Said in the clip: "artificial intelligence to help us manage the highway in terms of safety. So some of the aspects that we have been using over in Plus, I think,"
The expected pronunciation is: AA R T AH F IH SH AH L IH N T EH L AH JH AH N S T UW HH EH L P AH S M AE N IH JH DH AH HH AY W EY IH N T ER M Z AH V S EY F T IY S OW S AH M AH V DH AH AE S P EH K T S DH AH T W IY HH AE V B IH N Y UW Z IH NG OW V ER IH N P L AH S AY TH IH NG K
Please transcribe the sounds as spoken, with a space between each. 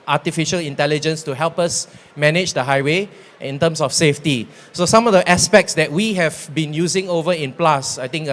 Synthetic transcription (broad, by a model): AA T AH F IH SH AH L IH N T EH L AH JH AH N S T UW HH EH L P AH S M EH N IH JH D AH HH AY W EY IH N T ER M S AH F S EY F T IY S OW S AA M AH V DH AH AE S P EH K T S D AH T W IY HH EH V B IH N Y UW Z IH NG OW V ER IH N P L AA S AY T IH NG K